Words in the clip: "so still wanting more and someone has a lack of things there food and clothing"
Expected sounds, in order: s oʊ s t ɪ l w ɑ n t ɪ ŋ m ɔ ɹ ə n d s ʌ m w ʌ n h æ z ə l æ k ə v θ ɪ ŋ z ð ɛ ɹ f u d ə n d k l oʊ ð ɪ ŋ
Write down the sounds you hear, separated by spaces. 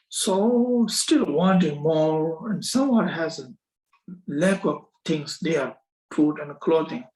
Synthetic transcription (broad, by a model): s oʊ s t ɪ l w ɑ n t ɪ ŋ m ɔ ɹ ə n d s ʌ m w ʌ n h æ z ə l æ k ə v t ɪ ŋ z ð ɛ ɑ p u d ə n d k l oʊ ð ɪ ŋ